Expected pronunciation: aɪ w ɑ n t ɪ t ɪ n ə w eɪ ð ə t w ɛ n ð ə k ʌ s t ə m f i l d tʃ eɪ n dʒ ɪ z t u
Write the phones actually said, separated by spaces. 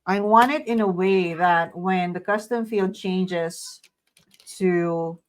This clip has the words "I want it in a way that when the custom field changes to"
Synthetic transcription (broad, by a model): aɪ w ɑ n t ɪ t ɪ n ə w eɪ ð ə t w ɛ n ð ə k ʌ s t ə m f i l d tʃ eɪ n dʒ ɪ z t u